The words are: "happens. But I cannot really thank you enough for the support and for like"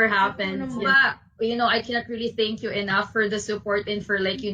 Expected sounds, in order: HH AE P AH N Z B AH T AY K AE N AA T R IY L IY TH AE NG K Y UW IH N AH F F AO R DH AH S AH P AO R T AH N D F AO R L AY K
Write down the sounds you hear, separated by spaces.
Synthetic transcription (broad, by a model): HH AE P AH N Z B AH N AY K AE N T R IY L IY TH AE NG K Y UW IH N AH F F AO R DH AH S AH P AO R T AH N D F AO R L AY K